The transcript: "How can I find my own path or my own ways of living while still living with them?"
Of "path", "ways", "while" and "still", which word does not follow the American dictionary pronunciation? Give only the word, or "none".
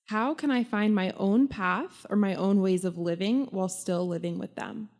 none